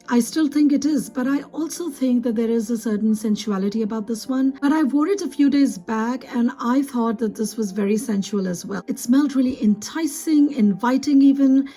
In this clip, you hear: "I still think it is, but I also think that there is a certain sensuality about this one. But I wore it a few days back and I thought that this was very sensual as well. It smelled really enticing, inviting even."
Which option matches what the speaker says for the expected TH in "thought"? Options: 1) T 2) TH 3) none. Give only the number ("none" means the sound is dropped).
2